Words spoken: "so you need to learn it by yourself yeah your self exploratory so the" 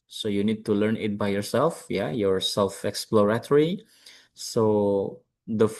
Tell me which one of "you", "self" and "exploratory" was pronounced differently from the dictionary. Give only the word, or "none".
none